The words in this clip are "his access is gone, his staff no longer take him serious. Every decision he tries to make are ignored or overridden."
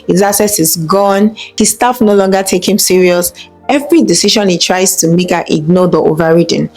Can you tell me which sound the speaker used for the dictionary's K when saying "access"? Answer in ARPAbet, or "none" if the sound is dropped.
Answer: none